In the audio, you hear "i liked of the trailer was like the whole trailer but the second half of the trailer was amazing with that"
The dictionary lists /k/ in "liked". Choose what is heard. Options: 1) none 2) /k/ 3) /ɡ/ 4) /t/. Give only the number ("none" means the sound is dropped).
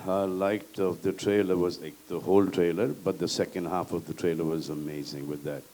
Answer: 1